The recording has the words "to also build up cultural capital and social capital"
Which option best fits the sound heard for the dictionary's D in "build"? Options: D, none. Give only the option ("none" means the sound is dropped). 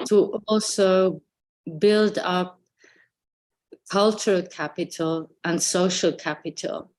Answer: D